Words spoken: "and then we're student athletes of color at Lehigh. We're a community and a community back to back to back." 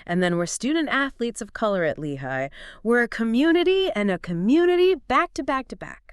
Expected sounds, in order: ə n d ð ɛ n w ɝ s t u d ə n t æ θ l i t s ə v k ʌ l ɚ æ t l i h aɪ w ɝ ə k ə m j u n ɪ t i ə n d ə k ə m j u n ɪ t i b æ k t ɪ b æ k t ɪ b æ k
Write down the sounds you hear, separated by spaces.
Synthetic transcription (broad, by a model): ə n ð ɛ n w ɝ s t u d n t æ θ l i t s ə v k ʌ l ɚ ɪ t l i h aɪ w ɝ ə k ə m j u n ɪ t i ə n ə k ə m j u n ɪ t i b æ k t ɪ b æ k t ɪ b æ k